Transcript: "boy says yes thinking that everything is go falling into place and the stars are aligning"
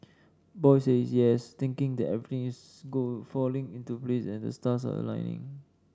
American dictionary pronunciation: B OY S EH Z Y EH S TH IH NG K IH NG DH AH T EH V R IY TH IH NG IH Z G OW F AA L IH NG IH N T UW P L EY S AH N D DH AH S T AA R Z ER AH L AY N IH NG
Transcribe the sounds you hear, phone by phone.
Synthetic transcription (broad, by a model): B OY S EH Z Y EH S T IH NG K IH NG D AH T EH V R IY T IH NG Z G OW F AA L IH NG IH N T UW P L EY S AH N D AH S T AA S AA AH L AY N IH NG